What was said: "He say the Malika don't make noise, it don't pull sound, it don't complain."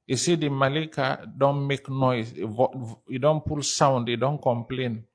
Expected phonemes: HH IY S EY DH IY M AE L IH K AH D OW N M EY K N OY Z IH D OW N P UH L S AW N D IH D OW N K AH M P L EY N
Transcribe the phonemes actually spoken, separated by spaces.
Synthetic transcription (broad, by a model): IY S EY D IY M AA L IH K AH D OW N M EY K N OY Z IH D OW N P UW L S AW N D IH D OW N K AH M P L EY N